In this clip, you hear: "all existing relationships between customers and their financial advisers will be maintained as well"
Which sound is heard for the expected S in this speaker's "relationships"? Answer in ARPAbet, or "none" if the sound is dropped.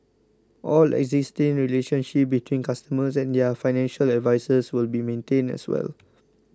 none